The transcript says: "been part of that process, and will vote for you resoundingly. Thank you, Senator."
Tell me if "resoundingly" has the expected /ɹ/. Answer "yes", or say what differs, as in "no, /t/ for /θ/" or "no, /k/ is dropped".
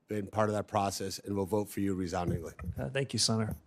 yes